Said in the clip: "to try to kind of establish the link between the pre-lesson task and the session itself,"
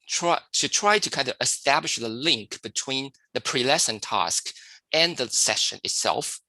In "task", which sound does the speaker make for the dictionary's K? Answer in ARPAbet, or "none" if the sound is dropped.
K